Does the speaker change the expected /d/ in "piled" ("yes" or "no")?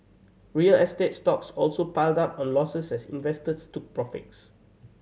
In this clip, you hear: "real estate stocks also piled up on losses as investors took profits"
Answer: no